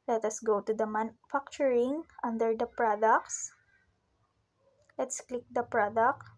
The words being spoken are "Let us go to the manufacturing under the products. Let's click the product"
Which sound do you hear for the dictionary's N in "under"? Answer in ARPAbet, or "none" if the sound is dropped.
N